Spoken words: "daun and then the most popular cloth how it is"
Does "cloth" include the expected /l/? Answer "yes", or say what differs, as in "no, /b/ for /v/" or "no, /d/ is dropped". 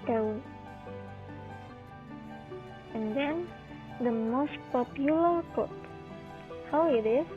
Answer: no, /l/ is dropped